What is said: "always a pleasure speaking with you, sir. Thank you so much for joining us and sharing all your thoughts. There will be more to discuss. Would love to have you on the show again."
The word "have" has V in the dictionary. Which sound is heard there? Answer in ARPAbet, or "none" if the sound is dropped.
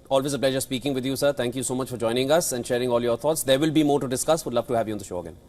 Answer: V